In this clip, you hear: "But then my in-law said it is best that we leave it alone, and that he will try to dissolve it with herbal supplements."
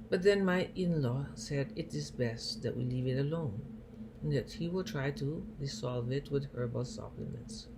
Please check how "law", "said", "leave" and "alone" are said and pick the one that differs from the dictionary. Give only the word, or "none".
alone